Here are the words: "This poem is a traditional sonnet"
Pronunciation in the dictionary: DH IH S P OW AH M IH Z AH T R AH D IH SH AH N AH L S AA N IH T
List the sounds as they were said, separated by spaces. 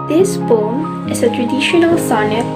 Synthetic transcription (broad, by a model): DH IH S B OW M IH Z AH T R AH D IH SH AH N AH L S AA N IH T